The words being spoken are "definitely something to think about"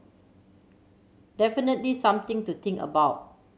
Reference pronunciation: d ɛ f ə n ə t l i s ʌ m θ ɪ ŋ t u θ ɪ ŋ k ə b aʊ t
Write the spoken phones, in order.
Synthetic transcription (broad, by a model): d ɛ f ə n ə t l i s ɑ m t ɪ ŋ t u t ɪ ŋ k ə b aʊ t